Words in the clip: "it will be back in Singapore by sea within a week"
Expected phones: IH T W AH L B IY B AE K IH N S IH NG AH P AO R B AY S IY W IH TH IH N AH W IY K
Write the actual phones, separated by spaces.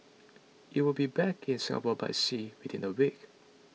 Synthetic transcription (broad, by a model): IH T W AH L B IY B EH K IH N S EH AH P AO B AY S IY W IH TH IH N AH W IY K